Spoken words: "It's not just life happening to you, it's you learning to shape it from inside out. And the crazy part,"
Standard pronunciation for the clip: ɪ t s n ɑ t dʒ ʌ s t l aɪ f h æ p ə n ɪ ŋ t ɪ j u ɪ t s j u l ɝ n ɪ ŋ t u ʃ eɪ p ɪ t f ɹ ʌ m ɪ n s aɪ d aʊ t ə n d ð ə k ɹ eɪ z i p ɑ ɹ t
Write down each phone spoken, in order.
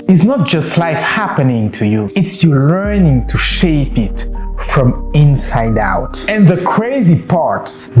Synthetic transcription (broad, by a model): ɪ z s n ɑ t dʒ ʌ s t l aɪ f h æ p ə n ɪ ŋ t ɪ j u ɪ t s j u l ɝ n ɪ ŋ t u ʃ eɪ p ɪ t f ɹ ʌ m ɪ n s aɪ d aʊ t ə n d ð ə k ɹ eɪ z i p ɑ ɹ t